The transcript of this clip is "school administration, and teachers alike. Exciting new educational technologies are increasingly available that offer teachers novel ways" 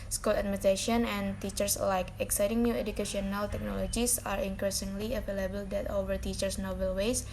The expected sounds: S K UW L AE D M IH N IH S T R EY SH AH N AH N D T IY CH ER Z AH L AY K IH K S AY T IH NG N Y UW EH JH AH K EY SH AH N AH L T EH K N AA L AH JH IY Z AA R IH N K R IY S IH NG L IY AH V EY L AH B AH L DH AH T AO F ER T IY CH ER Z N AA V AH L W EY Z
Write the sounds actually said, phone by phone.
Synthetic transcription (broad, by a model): S K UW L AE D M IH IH T EY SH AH N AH N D T IY CH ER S L AY K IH K S AY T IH NG N Y UW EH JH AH K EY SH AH N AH L T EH K N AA L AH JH IY S AA R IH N K R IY S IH NG L IY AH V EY L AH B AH L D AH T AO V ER T IY CH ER S N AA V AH L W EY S